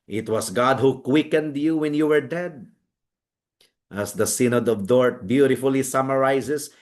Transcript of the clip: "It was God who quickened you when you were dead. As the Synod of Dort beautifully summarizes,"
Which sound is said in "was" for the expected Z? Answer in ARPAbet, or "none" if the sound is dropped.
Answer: S